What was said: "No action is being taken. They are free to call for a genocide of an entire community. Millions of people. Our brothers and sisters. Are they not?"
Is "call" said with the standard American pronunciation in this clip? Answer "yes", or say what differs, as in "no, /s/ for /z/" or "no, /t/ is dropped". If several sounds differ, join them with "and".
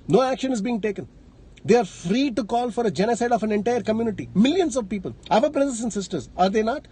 yes